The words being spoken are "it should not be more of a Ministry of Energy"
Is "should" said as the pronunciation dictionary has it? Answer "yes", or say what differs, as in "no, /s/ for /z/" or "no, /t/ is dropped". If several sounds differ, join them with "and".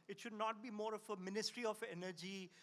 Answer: yes